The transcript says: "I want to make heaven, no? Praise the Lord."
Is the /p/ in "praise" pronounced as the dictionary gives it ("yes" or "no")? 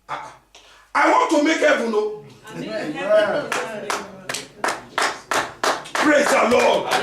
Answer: yes